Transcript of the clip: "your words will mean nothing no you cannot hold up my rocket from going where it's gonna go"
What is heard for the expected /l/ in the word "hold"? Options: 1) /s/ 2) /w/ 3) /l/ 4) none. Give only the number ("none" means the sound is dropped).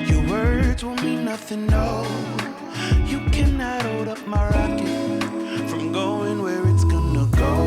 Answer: 4